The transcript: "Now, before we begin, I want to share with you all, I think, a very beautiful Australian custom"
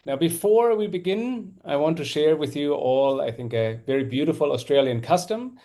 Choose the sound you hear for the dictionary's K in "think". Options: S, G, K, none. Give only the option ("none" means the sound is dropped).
K